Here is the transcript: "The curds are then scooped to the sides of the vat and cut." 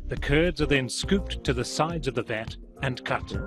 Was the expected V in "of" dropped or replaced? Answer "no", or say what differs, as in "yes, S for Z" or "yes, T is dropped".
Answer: no